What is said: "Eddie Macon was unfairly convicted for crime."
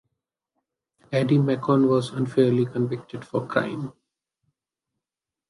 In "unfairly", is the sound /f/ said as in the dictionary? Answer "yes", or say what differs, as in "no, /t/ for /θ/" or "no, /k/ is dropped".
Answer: yes